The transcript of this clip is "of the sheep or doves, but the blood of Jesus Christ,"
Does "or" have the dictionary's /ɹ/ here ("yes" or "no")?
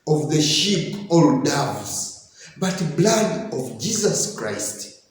no